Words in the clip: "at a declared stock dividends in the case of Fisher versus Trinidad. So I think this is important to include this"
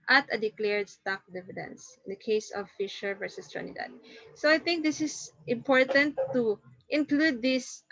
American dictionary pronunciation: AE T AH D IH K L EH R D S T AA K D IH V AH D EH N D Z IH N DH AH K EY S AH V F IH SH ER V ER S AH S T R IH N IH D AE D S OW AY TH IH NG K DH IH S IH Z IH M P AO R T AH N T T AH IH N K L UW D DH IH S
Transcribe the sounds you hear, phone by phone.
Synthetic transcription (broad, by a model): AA T AH D IH K L EH R D S T AA K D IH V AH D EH N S IH N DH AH K EY S AH V F IH SH ER V ER S AH S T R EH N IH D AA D S OW AY TH IH NG K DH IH S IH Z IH M P AO R T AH N T T IH N K L UW D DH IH S